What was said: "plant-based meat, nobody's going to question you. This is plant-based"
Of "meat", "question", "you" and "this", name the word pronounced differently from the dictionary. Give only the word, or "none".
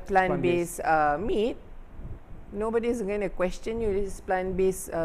this